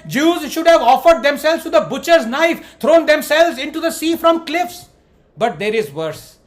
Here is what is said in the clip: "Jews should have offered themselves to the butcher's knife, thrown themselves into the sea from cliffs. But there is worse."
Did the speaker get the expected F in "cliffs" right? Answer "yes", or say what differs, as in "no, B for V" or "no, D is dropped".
yes